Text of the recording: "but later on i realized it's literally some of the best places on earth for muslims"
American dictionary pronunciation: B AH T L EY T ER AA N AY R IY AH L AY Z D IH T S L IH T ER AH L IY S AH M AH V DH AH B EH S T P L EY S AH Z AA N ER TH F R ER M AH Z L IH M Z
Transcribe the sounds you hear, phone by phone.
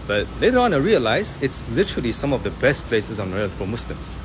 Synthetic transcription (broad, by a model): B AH T L EY T ER AA N AY R IY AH L AY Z IH T S L IH T ER AH L IY S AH M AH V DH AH B EH S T P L EY S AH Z AA N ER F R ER M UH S L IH M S